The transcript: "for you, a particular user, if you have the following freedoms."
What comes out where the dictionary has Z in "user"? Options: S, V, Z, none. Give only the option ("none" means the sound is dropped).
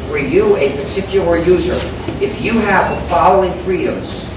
Z